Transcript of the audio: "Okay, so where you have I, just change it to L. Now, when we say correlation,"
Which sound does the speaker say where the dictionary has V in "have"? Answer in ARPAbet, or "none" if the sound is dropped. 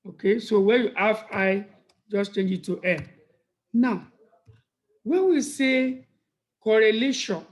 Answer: F